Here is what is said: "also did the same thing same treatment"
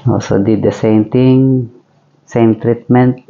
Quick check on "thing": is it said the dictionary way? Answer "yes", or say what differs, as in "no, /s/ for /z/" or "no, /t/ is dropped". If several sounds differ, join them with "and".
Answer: no, /t/ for /θ/